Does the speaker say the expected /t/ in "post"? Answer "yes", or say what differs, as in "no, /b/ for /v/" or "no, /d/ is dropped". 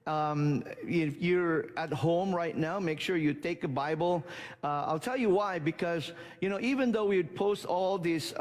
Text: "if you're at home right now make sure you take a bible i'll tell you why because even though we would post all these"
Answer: yes